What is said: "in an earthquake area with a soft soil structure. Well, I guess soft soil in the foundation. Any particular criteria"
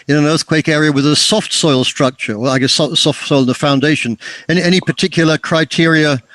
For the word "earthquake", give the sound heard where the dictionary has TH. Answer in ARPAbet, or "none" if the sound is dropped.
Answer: TH